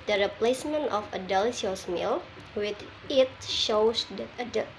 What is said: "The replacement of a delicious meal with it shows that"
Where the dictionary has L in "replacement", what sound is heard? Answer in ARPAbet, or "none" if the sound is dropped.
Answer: L